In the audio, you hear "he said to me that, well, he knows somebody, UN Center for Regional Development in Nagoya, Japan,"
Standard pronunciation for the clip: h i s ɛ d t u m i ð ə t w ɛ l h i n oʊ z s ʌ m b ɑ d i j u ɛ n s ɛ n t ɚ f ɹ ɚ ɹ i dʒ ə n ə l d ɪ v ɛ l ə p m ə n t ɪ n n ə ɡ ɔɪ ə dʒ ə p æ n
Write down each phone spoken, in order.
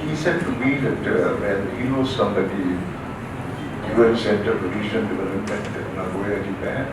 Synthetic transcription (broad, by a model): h i s ɛ d t u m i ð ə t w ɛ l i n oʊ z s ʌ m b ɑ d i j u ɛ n s ɛ n t ɚ p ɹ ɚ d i ʃ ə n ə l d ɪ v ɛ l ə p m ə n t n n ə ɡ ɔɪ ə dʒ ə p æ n